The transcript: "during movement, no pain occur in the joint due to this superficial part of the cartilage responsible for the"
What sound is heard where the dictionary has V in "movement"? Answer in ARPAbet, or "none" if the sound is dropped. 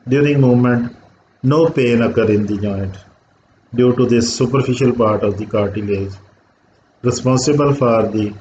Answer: none